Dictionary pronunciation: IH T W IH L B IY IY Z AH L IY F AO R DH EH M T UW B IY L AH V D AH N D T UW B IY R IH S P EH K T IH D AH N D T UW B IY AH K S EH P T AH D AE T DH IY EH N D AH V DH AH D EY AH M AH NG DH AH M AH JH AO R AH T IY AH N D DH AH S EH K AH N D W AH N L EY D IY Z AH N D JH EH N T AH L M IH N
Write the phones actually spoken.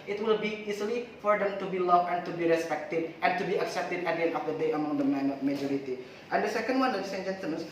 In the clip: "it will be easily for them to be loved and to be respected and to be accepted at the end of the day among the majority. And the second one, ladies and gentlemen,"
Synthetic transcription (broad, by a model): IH T W IH L B IY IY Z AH L IY F AO R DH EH M T UW B IY L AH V AH N T UW B IY R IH S P EH K T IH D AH N T UW B IY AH K S EH P T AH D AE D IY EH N AH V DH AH D EY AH M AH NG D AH M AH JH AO R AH T IY AH N D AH S EH K AH N D W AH N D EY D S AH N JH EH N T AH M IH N